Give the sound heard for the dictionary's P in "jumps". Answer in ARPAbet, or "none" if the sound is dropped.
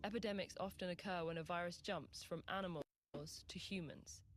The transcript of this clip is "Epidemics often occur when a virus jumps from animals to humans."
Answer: P